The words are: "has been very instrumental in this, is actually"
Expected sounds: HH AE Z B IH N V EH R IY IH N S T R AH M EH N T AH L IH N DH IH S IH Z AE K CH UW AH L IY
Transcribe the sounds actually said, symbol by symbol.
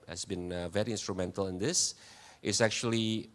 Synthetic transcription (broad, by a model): HH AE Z B IH N V EH R IY IH N S T R AH M EH N T AH L IH N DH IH S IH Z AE K CH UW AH L IY